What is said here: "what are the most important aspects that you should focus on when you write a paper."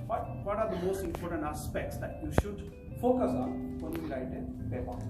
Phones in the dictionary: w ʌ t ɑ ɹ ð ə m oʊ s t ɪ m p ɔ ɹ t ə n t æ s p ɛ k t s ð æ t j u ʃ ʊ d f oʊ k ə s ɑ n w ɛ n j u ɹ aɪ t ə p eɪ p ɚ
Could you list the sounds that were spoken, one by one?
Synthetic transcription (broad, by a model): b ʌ t ɑ ɹ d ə m oʊ s t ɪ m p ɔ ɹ t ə n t æ s p ɛ k t s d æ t j u ʃ ʊ d f oʊ k ə s ɑ n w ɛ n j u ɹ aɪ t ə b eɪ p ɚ